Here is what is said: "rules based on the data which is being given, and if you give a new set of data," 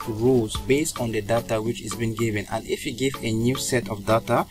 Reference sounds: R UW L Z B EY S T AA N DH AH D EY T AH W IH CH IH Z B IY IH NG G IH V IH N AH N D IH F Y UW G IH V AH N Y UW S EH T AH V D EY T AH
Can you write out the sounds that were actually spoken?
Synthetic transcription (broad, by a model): R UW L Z B EY S T AA N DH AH D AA T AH W IH CH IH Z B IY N G IH V IH N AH N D IH F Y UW G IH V AH N Y UW S EH T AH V D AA T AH